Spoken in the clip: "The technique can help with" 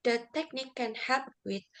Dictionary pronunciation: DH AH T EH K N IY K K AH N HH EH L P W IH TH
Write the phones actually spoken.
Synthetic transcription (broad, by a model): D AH T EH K N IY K K AH N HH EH P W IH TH